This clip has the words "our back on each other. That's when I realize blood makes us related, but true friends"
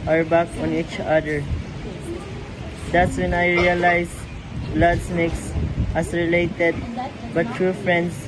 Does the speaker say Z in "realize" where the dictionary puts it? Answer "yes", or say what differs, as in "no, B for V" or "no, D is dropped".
no, S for Z